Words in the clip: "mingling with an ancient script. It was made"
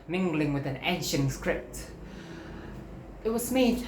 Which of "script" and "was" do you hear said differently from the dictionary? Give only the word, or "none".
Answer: none